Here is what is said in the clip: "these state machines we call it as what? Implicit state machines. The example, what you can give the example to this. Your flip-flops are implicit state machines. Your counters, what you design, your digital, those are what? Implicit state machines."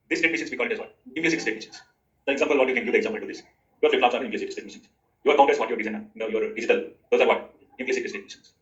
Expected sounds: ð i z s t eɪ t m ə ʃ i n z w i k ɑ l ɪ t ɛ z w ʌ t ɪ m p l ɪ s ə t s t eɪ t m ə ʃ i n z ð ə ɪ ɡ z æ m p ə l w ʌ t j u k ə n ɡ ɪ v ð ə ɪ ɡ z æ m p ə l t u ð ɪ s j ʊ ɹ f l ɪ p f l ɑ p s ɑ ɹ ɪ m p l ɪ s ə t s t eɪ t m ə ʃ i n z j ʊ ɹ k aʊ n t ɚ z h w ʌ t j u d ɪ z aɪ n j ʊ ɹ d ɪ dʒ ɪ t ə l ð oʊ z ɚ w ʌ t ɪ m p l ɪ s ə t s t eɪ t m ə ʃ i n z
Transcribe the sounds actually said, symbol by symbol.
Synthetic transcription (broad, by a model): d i s t eɪ t m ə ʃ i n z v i k ɑ l ɪ t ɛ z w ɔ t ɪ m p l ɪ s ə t s t eɪ t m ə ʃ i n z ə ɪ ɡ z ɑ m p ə l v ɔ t j u k ə n ɡ ɪ v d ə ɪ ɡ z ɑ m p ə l t u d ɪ s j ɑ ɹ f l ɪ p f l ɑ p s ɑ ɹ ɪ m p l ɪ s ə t s t eɪ t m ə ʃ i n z j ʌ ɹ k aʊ t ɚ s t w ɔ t j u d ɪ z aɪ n j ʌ ɹ d ɪ dʒ ɪ t ə l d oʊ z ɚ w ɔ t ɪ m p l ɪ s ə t s t eɪ t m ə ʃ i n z